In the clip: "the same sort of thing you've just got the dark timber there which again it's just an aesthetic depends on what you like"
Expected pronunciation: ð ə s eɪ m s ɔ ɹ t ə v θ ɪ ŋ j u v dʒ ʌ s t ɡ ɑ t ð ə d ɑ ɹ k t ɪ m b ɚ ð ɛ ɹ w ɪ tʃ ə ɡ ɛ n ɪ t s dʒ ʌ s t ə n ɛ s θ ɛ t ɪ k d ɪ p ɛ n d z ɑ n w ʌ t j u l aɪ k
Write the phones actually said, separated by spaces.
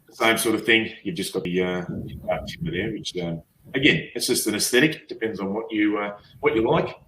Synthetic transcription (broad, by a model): ð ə s eɪ m s ɔ ɹ t ə v θ ɪ ŋ j u v dʒ ʌ s ɡ ɑ t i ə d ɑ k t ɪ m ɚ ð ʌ ɹ w ɪ tʃ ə ɡ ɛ n ɪ t s dʒ ʌ s t ə n ɛ s θ ɛ t ɪ k d ɪ p ɛ n d z n w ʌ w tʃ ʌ l aɪ k